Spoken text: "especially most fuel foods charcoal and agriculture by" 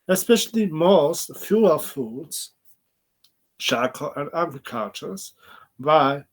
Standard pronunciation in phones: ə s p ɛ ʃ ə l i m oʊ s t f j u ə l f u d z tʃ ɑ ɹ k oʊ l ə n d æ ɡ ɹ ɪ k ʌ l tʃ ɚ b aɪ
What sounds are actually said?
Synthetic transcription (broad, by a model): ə s p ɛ ʃ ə l i m oʊ s t f j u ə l f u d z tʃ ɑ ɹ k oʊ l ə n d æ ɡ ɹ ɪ k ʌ tʃ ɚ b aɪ